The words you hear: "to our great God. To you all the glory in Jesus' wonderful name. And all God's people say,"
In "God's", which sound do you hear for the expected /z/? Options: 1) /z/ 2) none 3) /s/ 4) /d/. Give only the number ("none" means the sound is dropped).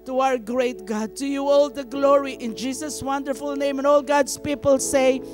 3